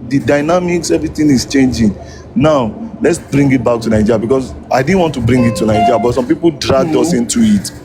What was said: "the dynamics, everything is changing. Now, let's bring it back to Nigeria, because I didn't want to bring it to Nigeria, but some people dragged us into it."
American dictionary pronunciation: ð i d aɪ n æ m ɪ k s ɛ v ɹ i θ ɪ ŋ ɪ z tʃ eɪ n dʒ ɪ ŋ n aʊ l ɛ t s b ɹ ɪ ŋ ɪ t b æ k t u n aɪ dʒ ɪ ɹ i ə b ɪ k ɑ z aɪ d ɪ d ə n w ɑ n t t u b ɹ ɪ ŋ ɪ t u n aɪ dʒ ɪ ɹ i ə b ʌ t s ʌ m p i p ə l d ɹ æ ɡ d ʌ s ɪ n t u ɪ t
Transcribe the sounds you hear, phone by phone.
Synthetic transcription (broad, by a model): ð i d aɪ n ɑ m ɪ k s ɛ v ɹ i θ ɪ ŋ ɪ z tʃ eɪ n dʒ ɪ ŋ n aʊ l ɛ t s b ɹ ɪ ŋ ɪ t b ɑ k t u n aɪ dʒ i ɹ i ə b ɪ k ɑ s aɪ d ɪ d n w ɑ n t t u b ɹ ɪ ŋ ɪ t u n aɪ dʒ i ɹ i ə b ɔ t s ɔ m p i p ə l d ɹ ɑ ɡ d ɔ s ɪ n t u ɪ t